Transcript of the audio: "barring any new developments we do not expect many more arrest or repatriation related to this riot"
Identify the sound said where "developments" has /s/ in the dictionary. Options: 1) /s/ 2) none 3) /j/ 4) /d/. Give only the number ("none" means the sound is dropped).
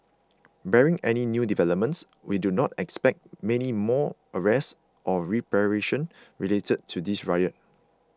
1